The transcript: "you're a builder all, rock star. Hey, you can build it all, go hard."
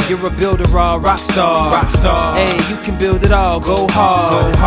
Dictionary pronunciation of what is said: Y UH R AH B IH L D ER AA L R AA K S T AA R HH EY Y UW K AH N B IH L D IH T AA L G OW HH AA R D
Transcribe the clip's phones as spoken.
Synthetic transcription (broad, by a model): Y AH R AH B IH L D ER AA L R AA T S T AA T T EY Y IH K AH N B IH L D IH T AA L G OW HH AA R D